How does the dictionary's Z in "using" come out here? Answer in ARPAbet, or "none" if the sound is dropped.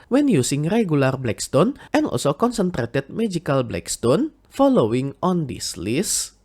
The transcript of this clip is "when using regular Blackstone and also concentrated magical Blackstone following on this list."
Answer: S